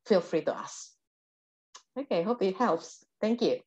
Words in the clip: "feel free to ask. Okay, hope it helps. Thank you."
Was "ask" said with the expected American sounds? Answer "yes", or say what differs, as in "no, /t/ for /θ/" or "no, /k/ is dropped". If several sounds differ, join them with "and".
no, /k/ is dropped